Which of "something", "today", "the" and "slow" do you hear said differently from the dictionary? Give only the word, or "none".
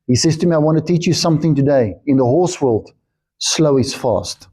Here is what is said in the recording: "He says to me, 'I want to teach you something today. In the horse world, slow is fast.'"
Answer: none